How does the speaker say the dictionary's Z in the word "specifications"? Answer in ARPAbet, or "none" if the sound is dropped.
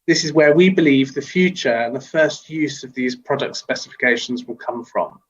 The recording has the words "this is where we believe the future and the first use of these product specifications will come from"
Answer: Z